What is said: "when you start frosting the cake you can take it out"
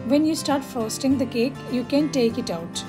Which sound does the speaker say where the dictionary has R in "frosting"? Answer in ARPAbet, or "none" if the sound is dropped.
none